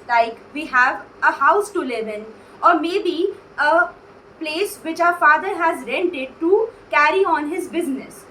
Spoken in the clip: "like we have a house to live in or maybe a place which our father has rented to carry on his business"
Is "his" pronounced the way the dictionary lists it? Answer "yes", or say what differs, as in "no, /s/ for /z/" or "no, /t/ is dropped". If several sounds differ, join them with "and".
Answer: yes